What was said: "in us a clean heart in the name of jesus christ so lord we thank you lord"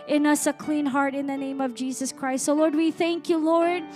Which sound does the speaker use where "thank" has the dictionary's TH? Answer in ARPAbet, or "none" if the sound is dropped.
TH